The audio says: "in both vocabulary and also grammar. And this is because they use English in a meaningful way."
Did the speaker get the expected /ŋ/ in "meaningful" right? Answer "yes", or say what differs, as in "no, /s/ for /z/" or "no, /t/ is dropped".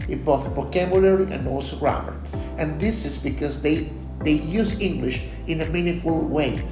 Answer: no, /ŋ/ is dropped